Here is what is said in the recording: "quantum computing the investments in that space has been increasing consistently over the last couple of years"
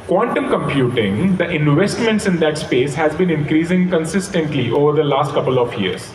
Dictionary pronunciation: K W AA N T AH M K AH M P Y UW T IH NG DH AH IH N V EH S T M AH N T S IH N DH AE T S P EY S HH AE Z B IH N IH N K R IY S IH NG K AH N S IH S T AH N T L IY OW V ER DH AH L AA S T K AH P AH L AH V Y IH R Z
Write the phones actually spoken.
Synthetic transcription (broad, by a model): K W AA N T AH M K AH M P Y UW T IH NG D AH IH N V EH S T M AH N T S IH N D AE T S P EY S HH AE Z B IH N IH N K R IY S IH NG K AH N S IH S T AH N T L IY OW V ER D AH L AA S T K AH P AH L AH V Y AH R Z